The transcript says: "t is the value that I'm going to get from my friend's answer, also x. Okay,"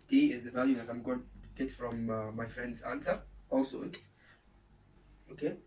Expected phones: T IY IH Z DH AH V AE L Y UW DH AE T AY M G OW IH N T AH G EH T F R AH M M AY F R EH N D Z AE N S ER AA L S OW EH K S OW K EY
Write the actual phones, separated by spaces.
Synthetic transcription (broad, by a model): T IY IH Z DH AH V AE L Y UW DH AE T AY M G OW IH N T G EH T F R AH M M AY F R EH N D Z AE N S ER AA L S OW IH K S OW K EY